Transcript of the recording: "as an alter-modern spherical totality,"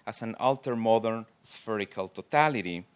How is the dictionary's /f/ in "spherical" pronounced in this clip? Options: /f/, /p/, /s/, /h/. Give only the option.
/f/